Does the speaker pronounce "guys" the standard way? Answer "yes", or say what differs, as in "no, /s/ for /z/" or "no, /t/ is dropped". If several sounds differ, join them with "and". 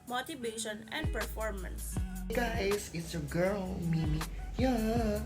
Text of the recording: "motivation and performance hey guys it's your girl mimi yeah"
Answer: no, /s/ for /z/